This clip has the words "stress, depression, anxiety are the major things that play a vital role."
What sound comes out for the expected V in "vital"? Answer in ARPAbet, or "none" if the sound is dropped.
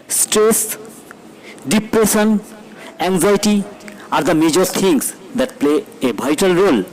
B